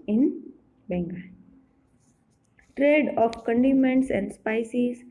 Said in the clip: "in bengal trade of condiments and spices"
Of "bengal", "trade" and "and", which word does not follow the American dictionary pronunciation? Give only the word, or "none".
bengal